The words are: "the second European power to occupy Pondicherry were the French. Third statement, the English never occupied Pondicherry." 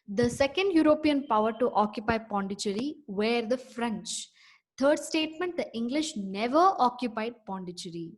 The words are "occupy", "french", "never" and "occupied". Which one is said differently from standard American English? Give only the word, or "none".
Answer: none